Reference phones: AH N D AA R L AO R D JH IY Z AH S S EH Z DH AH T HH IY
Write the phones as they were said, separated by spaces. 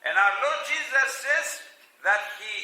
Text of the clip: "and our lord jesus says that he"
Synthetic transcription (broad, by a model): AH N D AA W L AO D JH IY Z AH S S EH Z DH AH T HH IY